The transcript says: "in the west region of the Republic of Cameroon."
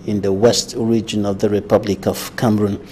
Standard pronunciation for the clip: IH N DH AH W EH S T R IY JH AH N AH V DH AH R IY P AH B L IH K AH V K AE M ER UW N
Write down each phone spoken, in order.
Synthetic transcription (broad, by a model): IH N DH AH W EH S T R IY JH AH N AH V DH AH R IY P AH B L IH K AH V K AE M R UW N